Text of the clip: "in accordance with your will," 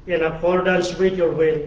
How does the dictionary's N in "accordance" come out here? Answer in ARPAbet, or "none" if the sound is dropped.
L